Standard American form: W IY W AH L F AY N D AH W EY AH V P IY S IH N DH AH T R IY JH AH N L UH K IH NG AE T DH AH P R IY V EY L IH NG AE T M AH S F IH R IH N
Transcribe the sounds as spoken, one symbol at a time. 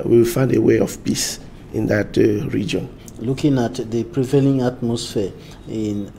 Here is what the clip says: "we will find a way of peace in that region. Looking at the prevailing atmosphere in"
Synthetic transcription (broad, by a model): W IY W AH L F AY N D AH W EY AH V P IY S IH N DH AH T R IY JH AH N L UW K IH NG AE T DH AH P R IY V EY L IH NG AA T M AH S F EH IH N